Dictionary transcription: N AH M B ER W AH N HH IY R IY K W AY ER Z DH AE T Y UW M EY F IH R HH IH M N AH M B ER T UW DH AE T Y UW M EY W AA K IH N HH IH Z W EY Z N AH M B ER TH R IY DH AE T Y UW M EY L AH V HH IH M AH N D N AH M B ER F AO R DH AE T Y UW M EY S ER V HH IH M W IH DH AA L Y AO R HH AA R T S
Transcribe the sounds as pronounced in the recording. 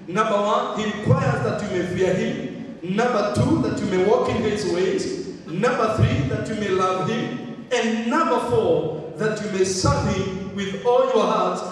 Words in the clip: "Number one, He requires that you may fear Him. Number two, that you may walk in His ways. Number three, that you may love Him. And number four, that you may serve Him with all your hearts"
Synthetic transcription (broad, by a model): N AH M B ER W AH N HH IY R IY K W AY ER Z DH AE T Y UW M EY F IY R HH IH M N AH M B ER T UW DH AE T Y UW M EY W AA K IH N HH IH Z W EY Z N AH M B ER TH R IY DH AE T Y UW M EY L AH V HH IH M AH N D N AH M B ER F AO R DH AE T Y UW M EY S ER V HH IH M W IH DH AA L Y AO R HH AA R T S